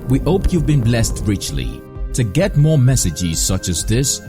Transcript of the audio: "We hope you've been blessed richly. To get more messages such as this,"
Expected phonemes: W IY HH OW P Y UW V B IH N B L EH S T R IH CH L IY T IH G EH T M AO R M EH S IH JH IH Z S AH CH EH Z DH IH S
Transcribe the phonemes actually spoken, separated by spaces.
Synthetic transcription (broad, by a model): W IY HH OW P Y UW V B IH N B L EH S T R IH CH L IY T IH G EH T M AO R M EH S IH JH IH Z S AH CH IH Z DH IH S